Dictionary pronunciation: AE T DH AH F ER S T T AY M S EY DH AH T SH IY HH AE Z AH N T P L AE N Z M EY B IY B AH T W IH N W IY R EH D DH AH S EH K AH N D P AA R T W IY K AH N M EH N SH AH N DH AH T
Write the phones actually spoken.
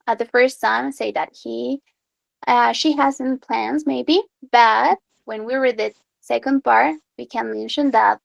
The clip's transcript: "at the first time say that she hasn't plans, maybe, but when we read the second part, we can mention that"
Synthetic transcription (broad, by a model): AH DH AH F ER S T S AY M S EY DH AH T SH IY HH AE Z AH N P L AE N Z M EY B IY B AH T W IH N W IY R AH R DH AH S EH K AH N D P AA R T W IY K AH N M EH N SH AH N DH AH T